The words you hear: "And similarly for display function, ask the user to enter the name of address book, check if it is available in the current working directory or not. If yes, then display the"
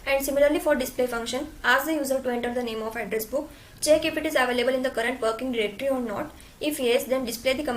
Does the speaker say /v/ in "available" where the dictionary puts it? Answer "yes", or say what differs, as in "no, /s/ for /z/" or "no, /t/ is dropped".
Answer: yes